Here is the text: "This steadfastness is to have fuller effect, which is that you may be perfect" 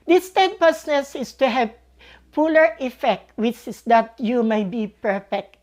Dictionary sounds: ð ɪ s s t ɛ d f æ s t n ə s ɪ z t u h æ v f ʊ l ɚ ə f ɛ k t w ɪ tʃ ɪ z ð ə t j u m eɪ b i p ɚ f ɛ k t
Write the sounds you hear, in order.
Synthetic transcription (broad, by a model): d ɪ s s t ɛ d p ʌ s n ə s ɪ s t u h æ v p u l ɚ ə f ɛ k t w ɪ tʃ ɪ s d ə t j u m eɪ b i p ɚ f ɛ k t